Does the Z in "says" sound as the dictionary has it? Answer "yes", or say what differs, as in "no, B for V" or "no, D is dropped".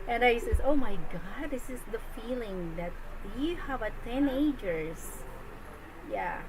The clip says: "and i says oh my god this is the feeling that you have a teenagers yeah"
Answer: no, S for Z